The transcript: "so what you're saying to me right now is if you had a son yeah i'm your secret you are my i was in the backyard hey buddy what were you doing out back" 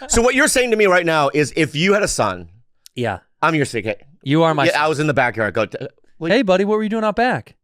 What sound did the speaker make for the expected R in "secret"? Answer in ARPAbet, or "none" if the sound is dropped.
none